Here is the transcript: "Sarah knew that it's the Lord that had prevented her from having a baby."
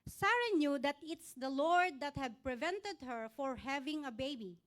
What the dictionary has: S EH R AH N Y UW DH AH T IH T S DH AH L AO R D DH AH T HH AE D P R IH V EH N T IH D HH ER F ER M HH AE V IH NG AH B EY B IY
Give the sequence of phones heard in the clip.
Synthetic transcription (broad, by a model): S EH R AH N Y UW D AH T IH T S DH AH L AO R D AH T HH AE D P R IH V EH N T IH D HH ER F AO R HH AE V IH NG AH B EY B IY